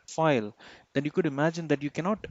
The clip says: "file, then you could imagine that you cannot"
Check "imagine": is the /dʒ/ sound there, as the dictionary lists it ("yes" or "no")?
yes